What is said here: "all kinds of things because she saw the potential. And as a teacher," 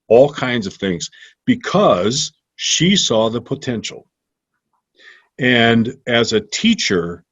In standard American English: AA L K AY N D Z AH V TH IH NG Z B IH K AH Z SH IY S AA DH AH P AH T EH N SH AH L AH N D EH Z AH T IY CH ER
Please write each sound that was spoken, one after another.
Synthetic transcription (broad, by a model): AA L K AY N D Z AH V TH IH NG Z B IH K AH Z SH IY S AA DH AH P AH T EH N SH L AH N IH Z AH T IY CH ER